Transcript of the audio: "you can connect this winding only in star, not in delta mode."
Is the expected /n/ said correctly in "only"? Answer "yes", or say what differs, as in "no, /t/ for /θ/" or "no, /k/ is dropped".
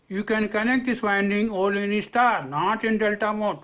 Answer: no, /n/ is dropped